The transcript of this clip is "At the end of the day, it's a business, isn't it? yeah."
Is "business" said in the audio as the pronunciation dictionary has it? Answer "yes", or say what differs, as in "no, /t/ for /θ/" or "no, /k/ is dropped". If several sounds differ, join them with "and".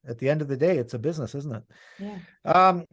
yes